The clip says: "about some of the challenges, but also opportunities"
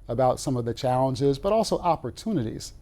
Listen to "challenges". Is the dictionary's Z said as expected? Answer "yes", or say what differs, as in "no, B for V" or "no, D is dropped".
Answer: yes